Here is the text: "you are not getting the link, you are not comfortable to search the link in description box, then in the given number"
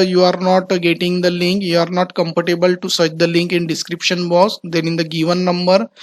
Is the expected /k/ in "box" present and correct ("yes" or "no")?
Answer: no